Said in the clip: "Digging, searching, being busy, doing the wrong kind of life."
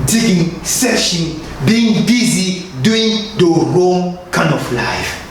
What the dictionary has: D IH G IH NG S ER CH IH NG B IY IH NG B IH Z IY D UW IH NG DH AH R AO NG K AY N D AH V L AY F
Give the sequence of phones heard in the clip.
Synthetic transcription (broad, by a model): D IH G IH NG S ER SH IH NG B IY IH NG B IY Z IY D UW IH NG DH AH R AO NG K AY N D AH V L AY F